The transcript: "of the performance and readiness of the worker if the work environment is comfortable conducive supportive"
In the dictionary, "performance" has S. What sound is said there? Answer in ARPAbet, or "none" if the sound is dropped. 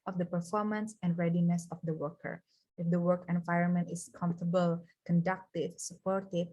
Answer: S